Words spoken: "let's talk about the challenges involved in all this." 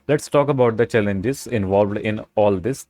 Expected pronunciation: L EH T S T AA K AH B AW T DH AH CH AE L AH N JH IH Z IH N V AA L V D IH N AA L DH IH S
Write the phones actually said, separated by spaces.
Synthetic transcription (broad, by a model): L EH T S T AA K AH B AW T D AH CH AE L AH N JH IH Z IH N V AA L V D IH N AA L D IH S